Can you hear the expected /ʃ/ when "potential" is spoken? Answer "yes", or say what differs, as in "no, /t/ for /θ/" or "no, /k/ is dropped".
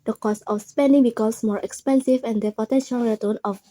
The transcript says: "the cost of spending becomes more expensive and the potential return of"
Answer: yes